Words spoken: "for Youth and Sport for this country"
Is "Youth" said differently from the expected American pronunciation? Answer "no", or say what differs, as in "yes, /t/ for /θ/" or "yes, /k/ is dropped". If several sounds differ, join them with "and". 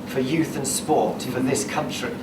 no